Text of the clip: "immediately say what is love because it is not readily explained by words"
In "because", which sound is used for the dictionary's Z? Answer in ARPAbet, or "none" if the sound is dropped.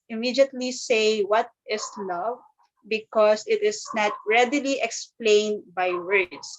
S